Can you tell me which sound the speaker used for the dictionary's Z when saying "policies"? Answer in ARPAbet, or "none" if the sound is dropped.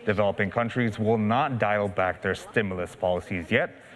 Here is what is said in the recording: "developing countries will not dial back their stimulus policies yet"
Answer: Z